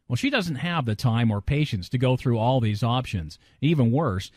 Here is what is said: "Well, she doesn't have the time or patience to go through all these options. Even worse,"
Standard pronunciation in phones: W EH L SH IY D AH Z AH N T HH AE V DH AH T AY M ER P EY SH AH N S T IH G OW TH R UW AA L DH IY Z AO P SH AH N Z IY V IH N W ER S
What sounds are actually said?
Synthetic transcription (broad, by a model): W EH L SH IY D AH Z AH N T HH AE V DH AH T AY M ER P EY SH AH N S T IH G OW TH R UW AA L DH IY Z AO P SH AH N Z IY V IH N W ER S